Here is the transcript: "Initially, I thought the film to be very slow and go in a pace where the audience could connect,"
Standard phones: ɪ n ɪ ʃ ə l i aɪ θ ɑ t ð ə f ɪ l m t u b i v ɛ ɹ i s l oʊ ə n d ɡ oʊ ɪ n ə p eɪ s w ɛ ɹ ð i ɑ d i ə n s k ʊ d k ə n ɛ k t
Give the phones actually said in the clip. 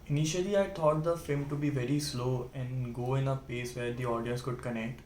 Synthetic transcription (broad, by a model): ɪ n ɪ ʃ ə l i aɪ t ɑ t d ə f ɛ m t u b i v ɛ ɹ i s l oʊ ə n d ɡ oʊ ɪ n ə p eɪ s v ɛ ɹ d i ɑ d i ə n s k ʊ d k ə n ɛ k t